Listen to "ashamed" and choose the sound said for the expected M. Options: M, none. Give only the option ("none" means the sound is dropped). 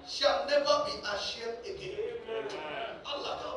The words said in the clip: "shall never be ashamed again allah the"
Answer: none